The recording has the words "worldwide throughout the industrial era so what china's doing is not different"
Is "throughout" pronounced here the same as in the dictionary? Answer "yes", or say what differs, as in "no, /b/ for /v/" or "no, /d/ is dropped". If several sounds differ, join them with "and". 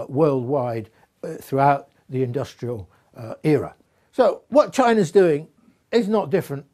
yes